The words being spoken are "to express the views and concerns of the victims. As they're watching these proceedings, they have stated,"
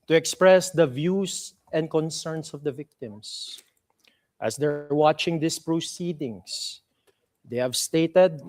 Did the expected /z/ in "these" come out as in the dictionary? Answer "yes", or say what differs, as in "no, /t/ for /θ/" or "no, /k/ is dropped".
no, /s/ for /z/